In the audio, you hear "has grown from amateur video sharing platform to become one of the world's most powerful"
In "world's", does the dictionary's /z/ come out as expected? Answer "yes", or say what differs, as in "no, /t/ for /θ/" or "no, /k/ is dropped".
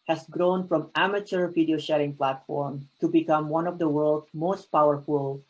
no, /z/ is dropped